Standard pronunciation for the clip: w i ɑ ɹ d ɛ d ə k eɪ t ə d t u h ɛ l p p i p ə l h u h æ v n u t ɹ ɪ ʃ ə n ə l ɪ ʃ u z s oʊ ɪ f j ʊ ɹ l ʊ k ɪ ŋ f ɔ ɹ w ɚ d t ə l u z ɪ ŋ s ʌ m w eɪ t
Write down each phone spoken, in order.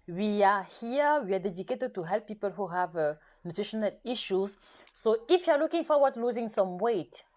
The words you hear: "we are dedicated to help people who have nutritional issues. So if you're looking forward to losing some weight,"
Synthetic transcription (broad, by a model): w i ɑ w d ɛ d ə k eɪ t ə d t u h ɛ l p p i p ə l h u h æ v n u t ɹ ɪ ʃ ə n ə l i ʃ u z s oʊ ɪ f j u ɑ l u k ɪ ŋ f ɔ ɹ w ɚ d l u z ɪ ŋ s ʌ m w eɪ t